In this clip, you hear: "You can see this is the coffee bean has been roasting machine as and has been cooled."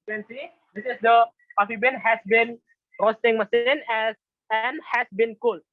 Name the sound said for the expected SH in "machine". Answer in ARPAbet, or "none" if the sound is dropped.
S